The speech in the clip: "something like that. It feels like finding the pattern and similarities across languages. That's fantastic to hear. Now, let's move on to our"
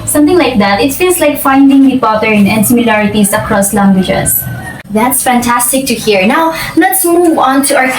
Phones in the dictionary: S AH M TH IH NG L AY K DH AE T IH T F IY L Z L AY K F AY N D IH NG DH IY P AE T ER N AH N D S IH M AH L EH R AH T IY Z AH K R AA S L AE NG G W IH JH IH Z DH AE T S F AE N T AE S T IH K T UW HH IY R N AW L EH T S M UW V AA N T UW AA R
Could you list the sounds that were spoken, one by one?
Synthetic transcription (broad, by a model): S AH M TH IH NG L AY K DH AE T IH T F IY L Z L AY K F AY N D IH NG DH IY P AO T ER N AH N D S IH M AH L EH R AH T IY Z AH K R AA S L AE NG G W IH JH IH S DH AE T S F AE N T AE S T IH K T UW HH IY R N AW L EH T S M UW V AA N T UW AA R